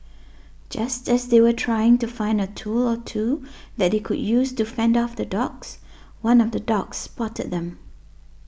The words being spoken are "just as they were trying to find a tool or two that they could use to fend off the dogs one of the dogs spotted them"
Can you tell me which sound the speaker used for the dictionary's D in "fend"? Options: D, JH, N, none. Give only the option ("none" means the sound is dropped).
D